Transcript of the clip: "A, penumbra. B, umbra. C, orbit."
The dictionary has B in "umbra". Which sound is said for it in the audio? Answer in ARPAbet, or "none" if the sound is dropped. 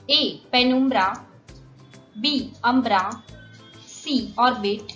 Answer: B